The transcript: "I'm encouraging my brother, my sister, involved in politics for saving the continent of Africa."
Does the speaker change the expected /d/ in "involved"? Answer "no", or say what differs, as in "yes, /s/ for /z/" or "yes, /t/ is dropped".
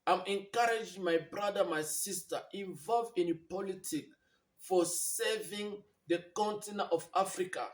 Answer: yes, /d/ is dropped